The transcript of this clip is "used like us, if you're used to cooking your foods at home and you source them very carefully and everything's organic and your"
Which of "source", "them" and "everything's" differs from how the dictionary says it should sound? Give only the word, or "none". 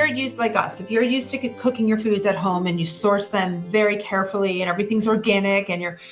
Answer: none